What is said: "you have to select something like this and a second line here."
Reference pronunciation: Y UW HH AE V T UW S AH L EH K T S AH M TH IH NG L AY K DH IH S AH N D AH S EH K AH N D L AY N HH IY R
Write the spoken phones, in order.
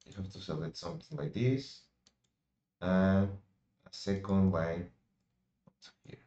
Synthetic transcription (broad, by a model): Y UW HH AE F T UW S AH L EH T S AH M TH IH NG L AY K DH IH S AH AH S EH K AH N D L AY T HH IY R